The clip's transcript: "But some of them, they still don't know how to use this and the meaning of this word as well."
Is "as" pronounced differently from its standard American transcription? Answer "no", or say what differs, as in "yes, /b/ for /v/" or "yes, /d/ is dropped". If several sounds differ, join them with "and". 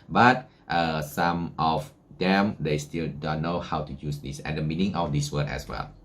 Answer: yes, /s/ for /z/